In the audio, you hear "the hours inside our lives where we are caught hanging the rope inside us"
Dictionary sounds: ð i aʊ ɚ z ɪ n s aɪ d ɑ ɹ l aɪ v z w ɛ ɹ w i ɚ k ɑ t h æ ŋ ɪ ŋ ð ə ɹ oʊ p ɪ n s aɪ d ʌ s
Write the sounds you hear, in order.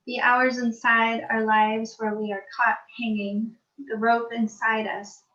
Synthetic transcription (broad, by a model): ð i aʊ ɚ z ɪ n s aɪ d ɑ ɹ l aɪ v z w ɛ ɹ w i ɚ k ɑ t h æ ŋ ɪ ŋ ð ə ɹ oʊ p ɪ n s aɪ d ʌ s